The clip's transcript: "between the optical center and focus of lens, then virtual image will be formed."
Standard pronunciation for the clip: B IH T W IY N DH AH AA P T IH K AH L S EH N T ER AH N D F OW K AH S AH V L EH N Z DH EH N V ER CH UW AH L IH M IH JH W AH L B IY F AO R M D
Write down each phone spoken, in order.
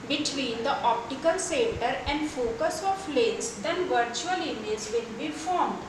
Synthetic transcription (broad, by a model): B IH T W IY N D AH AA P T IH K AH L S EH N T ER AH N D F OW K AH S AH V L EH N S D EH N V ER CH UW AH L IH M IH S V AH N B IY F AO R M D